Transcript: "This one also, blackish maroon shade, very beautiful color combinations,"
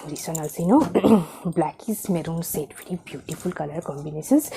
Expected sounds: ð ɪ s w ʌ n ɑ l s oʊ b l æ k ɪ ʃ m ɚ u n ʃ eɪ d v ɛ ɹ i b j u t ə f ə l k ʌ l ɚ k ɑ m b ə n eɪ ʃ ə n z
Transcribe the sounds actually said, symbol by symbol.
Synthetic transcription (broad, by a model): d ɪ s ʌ n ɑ l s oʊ b l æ k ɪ s m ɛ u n s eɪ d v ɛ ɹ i b j u t ə f ə l k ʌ l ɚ k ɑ m b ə n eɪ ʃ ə n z